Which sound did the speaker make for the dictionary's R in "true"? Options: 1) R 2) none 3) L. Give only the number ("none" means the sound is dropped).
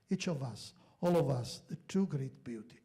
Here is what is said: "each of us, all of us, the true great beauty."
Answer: 2